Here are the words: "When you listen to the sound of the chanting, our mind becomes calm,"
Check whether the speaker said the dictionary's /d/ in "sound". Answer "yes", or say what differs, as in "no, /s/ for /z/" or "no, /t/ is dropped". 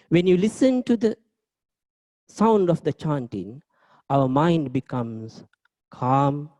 yes